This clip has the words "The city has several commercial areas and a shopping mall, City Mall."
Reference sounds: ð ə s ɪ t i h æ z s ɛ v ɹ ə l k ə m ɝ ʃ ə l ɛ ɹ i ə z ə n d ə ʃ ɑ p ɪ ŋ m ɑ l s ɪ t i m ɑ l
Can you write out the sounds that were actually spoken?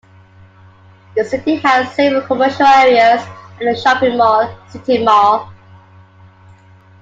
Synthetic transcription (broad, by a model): ð ə s ɪ t i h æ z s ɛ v ə k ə m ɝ ʃ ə l ɛ ɹ i ə z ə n ə ʃ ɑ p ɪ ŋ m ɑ s ɪ t i m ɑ